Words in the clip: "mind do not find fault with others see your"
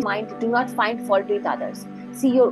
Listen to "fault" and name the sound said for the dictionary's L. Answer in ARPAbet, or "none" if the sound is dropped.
none